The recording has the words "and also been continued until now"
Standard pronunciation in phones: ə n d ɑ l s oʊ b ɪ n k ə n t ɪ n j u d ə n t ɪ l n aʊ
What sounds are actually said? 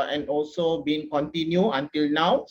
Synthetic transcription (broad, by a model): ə n ɑ l s oʊ b ɪ n k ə n t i n j u ə n t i l n aʊ